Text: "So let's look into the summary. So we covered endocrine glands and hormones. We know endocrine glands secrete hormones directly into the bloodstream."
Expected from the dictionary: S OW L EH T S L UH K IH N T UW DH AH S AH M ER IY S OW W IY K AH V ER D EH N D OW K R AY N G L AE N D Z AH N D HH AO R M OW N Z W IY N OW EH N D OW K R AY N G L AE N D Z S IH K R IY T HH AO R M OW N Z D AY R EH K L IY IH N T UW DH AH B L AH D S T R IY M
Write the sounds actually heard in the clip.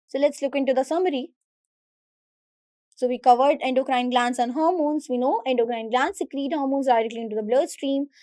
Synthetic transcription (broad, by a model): S OW L EH T S L UH K IH N T UW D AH S AH M ER IY S OW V IY K AH V ER D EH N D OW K R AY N G L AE N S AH N HH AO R M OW N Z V IY N OW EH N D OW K R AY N G L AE N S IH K R IY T HH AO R M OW N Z D AY R EH K L IY IH N T UW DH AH B L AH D S T R IY M